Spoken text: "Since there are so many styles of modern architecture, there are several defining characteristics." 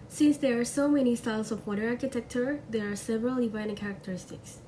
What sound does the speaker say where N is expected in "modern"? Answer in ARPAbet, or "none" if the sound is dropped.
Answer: none